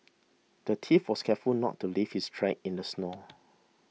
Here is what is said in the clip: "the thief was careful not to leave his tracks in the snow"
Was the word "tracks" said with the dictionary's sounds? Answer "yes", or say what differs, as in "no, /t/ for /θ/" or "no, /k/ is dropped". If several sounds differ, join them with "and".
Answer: no, /s/ is dropped